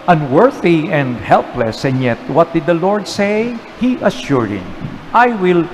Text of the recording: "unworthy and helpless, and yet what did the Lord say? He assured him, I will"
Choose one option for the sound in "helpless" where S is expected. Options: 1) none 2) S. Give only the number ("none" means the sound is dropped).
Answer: 2